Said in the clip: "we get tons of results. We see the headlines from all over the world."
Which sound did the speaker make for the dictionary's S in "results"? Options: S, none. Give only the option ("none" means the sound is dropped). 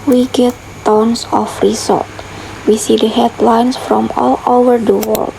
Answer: none